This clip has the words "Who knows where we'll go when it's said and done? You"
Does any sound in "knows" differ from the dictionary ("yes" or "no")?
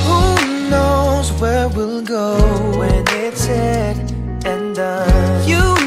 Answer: no